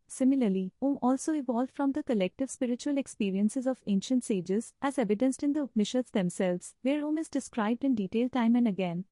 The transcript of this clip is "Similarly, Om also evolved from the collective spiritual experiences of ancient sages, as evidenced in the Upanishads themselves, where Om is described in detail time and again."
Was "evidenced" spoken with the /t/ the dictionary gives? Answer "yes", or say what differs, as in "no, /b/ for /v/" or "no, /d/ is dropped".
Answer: yes